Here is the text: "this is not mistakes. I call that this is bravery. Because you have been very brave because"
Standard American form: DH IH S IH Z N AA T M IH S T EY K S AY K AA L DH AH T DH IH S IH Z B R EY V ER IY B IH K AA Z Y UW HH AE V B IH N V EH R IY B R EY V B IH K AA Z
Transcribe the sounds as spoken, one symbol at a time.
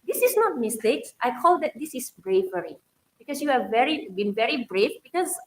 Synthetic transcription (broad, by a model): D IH S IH S N AA T M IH S T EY K S AY K AA L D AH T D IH S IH S B R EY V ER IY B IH K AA S Y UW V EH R B IH N V EH R IY B R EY F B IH K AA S